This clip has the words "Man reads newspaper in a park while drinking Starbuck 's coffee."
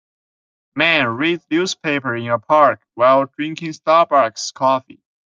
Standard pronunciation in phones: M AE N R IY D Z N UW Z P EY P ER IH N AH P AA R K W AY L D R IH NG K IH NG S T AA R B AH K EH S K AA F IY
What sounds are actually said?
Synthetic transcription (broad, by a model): M AE N R IY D N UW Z P EY P ER IH N AH P AA R K W AY L D R IH NG K IH NG S T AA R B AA K S K AA F IY